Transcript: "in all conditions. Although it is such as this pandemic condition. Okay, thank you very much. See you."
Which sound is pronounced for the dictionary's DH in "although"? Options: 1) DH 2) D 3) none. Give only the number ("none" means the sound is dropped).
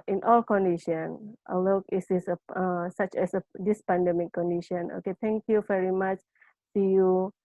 3